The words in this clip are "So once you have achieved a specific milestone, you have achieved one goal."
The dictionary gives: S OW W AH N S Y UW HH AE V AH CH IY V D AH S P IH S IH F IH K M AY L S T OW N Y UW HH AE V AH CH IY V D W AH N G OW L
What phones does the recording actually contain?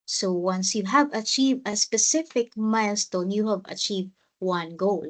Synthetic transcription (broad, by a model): S OW W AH N S Y UW HH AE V AH CH IY V D AH S P IH S IH F IH K M AY L S T OW N Y UW HH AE V AH CH IY V D W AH N G OW L